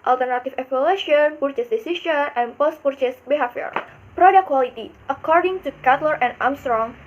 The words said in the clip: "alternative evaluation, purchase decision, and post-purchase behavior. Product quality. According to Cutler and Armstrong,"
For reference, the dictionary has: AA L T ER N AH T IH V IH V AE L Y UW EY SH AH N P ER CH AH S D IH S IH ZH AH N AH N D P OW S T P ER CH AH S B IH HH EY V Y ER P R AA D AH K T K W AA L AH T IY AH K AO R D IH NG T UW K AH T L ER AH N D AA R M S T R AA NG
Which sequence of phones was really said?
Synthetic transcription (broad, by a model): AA L T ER N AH T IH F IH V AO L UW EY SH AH N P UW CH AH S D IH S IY SH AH N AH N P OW S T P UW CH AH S B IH HH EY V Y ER P R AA D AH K K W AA L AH T IY AH K AO R D IH NG T UW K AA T L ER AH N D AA M S T R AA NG